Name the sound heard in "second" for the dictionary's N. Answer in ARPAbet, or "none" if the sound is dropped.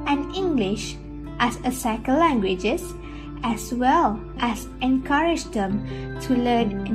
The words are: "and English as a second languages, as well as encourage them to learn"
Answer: L